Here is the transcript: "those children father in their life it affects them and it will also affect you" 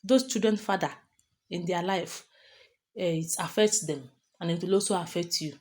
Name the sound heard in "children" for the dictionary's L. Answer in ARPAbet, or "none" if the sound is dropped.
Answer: none